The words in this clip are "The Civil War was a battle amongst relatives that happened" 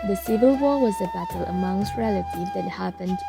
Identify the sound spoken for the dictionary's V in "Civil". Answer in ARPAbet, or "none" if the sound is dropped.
V